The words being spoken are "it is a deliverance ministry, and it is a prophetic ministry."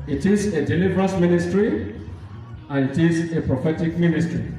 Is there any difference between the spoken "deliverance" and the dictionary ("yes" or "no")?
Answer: yes